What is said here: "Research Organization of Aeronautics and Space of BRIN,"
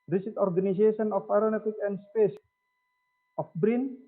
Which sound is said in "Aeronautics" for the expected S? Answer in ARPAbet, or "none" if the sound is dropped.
none